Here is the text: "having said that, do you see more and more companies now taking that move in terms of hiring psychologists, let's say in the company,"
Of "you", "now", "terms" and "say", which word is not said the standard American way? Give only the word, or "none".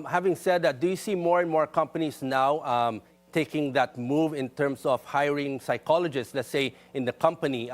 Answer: terms